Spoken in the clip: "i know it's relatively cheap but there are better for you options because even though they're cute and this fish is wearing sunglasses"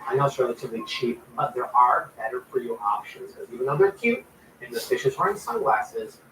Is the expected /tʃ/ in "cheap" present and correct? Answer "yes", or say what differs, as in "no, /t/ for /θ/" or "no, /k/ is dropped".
yes